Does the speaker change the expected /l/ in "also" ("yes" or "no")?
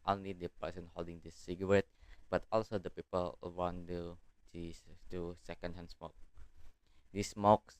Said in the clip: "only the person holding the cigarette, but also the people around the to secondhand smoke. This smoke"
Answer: no